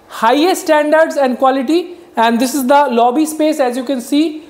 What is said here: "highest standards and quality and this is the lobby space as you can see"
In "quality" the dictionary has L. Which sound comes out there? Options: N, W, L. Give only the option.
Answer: L